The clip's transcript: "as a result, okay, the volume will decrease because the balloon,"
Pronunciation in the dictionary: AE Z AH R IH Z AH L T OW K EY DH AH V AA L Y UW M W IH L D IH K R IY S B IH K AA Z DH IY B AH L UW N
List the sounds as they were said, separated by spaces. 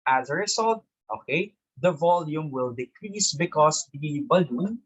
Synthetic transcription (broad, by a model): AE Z AH R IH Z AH L T OW K EY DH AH V AA L Y UW M W IH L D IH K R IY S B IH K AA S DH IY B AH L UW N